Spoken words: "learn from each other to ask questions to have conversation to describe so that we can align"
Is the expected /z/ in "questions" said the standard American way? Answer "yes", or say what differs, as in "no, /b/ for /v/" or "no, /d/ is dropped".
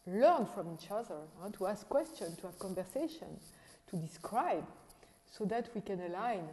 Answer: no, /z/ is dropped